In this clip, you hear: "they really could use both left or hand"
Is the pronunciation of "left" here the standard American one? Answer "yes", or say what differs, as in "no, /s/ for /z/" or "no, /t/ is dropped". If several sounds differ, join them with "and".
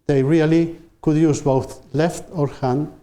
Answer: yes